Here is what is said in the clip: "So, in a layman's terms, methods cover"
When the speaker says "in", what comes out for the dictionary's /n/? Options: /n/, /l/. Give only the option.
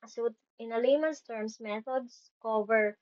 /n/